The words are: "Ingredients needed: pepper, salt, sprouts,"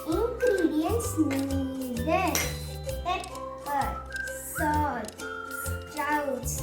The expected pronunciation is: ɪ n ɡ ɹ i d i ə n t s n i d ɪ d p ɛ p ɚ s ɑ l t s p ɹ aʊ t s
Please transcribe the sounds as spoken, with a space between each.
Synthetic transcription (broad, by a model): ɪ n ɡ ɹ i d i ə n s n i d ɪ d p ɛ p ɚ s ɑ t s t ɹ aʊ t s